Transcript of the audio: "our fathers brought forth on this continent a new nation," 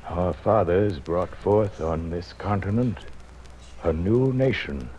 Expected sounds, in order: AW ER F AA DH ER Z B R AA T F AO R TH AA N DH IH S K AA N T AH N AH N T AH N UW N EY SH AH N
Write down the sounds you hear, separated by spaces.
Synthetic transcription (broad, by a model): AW ER F AA DH ER Z B R AA T F AO R TH N DH IH S K AA N T AH N AH N T AH N UW N EY SH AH N